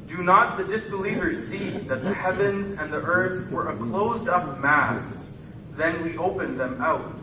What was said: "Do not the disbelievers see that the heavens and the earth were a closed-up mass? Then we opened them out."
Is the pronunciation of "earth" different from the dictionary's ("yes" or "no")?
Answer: no